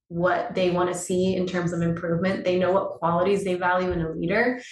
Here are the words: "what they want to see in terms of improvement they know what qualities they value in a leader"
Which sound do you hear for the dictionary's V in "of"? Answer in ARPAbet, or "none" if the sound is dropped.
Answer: V